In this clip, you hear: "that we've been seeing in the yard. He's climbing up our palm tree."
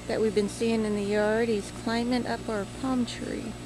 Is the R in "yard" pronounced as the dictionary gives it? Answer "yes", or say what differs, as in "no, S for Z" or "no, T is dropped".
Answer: no, L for R